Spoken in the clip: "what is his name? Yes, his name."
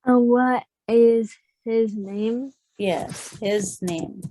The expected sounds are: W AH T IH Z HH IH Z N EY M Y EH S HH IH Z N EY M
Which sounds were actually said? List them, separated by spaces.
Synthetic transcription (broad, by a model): W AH T IH Z HH IH Z N EY M Y EH S HH IH Z N EY M